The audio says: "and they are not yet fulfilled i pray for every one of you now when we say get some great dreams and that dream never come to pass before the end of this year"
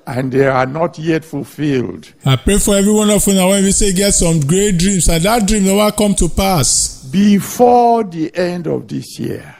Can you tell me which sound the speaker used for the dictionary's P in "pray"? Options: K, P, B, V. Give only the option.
P